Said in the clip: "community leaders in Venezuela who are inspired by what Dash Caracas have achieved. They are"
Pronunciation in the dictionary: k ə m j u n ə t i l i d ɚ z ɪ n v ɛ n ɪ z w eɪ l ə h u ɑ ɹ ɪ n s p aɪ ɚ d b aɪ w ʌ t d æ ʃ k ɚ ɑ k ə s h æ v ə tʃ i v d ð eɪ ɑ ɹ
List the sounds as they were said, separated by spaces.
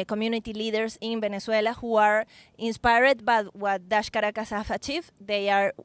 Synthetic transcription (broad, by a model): k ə m j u n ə t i l i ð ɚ s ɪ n b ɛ n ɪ s w eɪ l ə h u ɑ ɹ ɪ n s p aɪ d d b aɪ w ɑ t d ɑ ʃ k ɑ ɑ k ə s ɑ f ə tʃ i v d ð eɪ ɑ ɹ